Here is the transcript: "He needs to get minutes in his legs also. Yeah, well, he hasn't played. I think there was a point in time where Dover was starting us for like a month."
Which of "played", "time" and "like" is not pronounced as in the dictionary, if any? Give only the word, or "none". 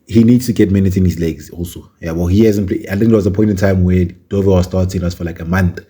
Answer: played